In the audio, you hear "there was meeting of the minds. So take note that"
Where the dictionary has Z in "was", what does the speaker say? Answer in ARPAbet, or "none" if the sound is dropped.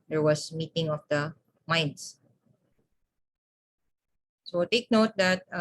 S